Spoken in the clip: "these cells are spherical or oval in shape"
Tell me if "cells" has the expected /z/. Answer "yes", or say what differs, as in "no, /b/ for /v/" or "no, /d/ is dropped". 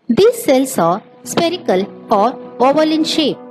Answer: no, /s/ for /z/